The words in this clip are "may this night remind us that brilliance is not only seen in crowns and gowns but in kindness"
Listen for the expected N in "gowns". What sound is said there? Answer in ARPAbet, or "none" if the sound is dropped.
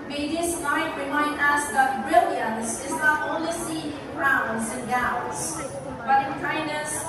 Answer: none